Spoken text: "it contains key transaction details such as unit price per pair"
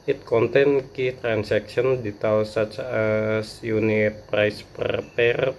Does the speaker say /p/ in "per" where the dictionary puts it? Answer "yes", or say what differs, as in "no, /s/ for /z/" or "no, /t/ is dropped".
yes